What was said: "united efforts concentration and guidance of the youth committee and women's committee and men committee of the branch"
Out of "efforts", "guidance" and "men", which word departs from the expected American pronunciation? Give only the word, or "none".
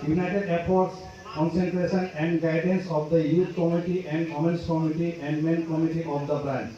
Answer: efforts